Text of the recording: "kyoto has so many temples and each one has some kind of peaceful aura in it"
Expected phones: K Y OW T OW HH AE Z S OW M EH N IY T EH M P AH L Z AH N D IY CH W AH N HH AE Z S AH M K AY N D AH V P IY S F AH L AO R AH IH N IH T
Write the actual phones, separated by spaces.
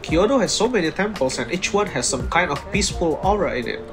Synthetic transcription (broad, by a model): K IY OW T OW HH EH S OW M EH N IY T EH M P AH L S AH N IY CH W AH N HH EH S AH M K AY N D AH F P IY S F AH L AO R AH IH N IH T